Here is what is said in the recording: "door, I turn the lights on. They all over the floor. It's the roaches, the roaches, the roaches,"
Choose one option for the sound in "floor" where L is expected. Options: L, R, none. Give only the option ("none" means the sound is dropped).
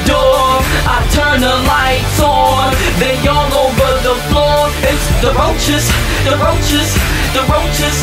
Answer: L